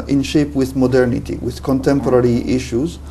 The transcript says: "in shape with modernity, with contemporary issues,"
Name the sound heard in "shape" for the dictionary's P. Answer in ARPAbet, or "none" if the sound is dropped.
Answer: P